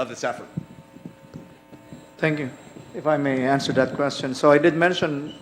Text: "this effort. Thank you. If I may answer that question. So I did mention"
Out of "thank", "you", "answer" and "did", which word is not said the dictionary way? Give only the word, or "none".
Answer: thank